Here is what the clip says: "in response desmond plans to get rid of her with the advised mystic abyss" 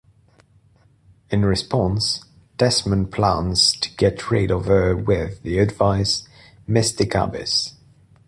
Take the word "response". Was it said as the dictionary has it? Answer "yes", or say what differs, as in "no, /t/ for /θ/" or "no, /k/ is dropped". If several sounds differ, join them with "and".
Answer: yes